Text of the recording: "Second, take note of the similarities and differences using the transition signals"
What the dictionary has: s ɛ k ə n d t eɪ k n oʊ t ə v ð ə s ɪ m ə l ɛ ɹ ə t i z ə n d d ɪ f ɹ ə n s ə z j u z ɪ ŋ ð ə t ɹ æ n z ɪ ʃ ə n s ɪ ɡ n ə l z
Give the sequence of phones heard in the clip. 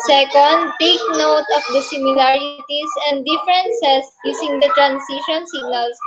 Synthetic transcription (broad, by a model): s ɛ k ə n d t eɪ k n oʊ t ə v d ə s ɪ m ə l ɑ ɹ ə t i s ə n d d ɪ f ɹ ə n s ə s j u s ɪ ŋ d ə t ɹ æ n s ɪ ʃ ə n s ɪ ɡ n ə l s